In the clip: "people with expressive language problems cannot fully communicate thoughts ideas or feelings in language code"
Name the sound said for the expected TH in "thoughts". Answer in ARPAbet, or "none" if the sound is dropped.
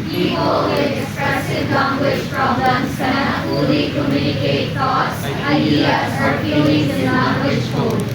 T